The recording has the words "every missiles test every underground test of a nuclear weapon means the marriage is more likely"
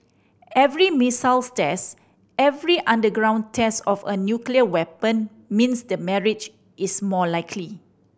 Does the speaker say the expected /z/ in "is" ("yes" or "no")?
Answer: no